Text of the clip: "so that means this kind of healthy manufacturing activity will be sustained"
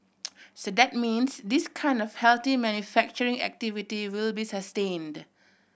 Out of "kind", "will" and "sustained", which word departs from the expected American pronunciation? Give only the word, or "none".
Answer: none